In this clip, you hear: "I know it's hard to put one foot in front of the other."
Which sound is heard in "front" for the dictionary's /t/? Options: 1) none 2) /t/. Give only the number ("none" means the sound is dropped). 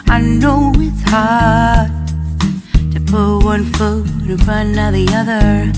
1